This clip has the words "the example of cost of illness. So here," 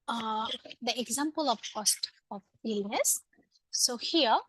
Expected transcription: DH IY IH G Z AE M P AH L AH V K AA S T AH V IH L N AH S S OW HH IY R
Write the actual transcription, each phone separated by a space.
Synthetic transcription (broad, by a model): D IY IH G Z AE M P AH L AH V K AA S T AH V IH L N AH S S OW HH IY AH